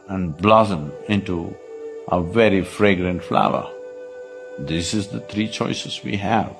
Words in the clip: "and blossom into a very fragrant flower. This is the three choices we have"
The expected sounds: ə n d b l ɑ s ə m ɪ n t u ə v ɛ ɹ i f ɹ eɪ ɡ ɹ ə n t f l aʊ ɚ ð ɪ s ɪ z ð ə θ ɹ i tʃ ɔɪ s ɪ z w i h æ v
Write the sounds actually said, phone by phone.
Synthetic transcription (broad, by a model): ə n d b l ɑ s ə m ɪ n t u ə v ɛ ɹ i f ɹ eɪ ɡ ɹ ə n t f l aʊ ɚ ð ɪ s ɪ z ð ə t ɹ i tʃ ɔɪ s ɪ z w i h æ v